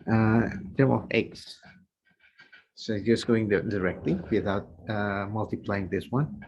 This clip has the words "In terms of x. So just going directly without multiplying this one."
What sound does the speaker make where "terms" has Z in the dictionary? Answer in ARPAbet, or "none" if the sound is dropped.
none